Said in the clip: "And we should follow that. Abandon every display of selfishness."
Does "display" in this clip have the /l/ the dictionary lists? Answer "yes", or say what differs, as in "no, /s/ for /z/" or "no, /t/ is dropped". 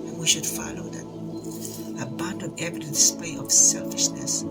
no, /l/ is dropped